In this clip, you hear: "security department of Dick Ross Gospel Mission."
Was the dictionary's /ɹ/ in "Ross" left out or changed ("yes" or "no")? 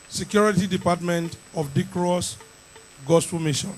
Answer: no